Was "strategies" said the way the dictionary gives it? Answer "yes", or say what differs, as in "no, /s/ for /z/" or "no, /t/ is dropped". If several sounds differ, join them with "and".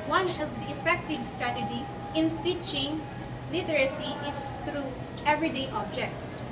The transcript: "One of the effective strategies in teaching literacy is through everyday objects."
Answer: no, /z/ is dropped